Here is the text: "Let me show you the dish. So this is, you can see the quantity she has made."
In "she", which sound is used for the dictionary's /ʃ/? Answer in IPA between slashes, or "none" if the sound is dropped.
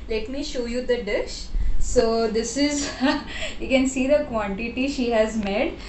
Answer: /ʃ/